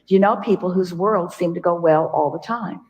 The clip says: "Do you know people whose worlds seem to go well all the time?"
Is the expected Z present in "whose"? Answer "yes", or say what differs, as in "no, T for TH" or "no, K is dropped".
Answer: yes